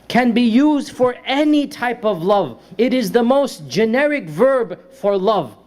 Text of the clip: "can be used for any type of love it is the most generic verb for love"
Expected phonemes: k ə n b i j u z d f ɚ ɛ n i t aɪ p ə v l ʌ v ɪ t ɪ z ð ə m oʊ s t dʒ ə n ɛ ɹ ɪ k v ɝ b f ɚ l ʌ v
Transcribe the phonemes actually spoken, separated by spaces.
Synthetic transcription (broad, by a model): k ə n b i j u z d f ɚ ɛ n i t aɪ p ə v l ʌ v ɪ t ɪ z ð ə m oʊ s t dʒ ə n ɛ ɹ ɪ k v ɝ b f ɚ l ʌ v